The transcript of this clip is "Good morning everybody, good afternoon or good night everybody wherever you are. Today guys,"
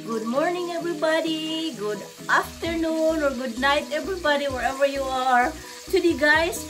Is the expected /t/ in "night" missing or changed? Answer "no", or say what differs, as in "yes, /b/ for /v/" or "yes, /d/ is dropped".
no